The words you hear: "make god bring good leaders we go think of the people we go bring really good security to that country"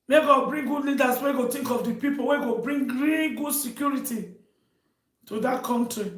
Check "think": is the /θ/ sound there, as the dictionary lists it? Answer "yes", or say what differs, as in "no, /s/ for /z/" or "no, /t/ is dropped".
no, /t/ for /θ/